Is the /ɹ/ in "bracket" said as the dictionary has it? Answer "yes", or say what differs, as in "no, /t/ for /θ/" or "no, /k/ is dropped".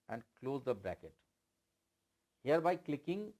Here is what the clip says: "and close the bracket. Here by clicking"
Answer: no, /ɹ/ is dropped